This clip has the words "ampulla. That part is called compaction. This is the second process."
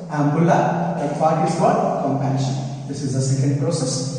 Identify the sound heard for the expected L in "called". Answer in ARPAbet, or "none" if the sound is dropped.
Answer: none